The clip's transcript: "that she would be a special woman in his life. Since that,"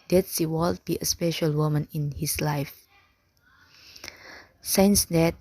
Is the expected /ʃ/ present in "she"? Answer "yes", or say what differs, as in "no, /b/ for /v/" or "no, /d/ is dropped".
no, /s/ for /ʃ/